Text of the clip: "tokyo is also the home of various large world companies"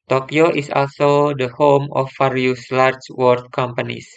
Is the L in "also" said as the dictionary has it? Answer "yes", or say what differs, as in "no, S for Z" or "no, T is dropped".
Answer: yes